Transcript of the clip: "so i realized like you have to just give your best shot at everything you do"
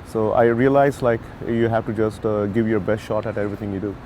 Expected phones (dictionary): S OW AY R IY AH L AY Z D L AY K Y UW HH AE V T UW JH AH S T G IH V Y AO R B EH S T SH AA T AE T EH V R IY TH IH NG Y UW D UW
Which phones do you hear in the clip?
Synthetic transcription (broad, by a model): S OW AY R IY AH L AY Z L AY K Y UW HH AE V T UW JH AH S T G IH V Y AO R B EH S T SH AA T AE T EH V R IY T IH NG Y UW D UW